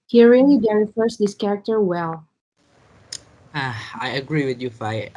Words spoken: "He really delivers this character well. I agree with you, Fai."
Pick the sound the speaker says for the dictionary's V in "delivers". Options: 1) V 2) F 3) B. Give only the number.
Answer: 2